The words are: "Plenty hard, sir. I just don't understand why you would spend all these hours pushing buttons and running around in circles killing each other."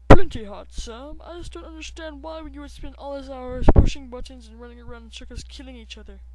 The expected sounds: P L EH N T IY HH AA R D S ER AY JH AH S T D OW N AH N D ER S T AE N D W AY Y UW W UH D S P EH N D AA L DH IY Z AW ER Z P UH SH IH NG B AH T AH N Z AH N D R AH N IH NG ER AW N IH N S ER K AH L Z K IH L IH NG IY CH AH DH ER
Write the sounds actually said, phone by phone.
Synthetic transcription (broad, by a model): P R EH N T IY HH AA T S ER AY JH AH S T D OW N AH N D ER S T AE N D W AY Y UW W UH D S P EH N AA L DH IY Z AW ER Z P UH SH IH NG B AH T N Z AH N R AH N IH NG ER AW IH N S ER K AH Z K IH L IH NG IY CH AH DH ER